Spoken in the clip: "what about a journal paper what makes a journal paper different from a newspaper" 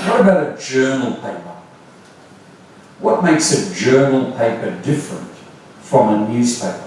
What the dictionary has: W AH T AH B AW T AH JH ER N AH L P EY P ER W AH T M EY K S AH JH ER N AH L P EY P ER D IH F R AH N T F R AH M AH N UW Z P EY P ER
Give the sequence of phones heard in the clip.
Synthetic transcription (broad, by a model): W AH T AH B AW T AH JH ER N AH L P EY P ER W AH T M EY K S AH JH ER N AH L P EY P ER D IH F R AH N T F R AH M AH N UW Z P EY P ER